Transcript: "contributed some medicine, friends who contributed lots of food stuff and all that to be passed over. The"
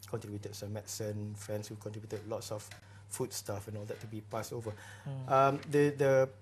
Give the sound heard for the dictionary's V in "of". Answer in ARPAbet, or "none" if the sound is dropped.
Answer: F